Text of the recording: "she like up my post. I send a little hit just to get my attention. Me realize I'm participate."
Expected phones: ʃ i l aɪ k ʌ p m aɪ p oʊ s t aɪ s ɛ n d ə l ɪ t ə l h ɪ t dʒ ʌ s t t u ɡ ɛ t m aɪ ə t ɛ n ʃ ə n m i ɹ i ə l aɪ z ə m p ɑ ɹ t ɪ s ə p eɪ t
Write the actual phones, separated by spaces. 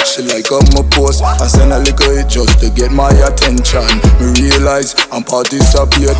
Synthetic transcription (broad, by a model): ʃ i l aɪ k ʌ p m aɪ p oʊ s aɪ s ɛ n ə l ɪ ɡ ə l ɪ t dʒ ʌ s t t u ɡ ɛ t m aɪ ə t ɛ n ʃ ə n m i ɹ i ə l aɪ z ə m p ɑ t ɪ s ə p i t